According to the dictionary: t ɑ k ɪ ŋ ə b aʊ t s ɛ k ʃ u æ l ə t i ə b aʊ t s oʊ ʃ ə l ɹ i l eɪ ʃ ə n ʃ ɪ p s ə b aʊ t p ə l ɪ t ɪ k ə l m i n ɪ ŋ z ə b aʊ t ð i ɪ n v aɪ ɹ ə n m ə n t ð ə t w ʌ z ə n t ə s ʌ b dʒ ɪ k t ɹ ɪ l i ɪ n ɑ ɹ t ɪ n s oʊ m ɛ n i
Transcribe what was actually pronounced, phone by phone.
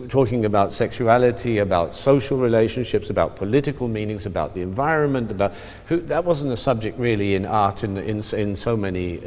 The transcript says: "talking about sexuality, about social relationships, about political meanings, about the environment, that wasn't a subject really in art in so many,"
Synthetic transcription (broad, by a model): t ɑ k ɪ ŋ ə b aʊ t s ɛ k ʃ u æ l ə t i ə b aʊ t s oʊ ʃ l ɹ i l eɪ ʃ ə n ʃ ɪ p s ə b aʊ t p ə l ɪ t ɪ k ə l m i n ɪ ŋ z ə b aʊ t ð i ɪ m v aɪ ɹ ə n m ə n t ð ə t w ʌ z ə n t ə s ʌ b dʒ ɪ k t ɹ ɪ l i ɪ n ɑ ɹ t ɪ n s oʊ m ɛ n i